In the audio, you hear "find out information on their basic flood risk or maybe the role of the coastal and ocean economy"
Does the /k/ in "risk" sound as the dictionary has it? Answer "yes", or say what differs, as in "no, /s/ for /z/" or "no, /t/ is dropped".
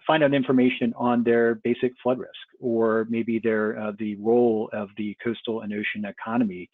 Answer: yes